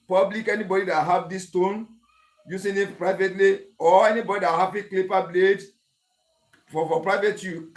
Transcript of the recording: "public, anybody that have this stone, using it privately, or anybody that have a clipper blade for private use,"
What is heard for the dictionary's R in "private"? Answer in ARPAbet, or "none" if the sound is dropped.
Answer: R